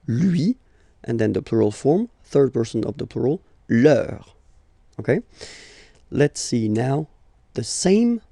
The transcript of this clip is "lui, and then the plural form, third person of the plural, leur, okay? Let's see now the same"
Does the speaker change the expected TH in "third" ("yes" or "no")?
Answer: no